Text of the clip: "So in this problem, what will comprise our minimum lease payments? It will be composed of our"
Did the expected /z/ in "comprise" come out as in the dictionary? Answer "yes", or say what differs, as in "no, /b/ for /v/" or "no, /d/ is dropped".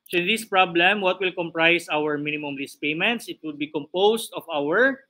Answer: no, /s/ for /z/